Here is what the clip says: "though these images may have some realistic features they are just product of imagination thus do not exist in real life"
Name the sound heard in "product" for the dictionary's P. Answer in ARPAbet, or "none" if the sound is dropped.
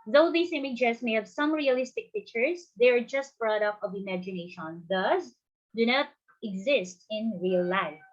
B